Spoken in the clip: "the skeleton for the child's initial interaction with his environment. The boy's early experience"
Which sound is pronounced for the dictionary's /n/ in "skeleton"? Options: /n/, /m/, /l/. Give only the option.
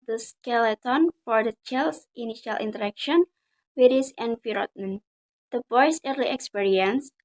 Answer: /n/